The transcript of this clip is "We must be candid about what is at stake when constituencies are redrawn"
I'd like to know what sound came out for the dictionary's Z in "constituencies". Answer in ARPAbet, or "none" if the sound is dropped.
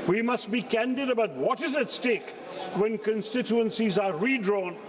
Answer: Z